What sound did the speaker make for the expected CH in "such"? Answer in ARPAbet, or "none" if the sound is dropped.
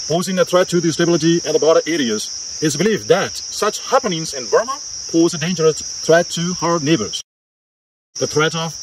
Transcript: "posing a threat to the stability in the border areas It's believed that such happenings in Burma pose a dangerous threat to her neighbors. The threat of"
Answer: CH